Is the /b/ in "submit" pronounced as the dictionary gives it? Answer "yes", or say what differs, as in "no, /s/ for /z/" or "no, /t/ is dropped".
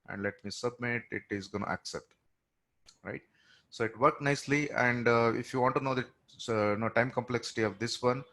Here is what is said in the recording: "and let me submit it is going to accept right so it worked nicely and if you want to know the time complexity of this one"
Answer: yes